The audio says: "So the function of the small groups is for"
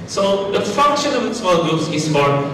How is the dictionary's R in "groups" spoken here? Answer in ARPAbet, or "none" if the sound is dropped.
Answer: none